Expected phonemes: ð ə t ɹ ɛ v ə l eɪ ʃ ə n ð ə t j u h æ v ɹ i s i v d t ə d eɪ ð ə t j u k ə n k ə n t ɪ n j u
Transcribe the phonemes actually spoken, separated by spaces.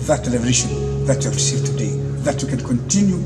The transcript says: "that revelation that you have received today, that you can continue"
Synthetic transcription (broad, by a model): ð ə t l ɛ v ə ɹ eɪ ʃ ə n ð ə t j u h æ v ɹ i s i v d t ə d eɪ ð ə t j u k ə n k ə n t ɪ n j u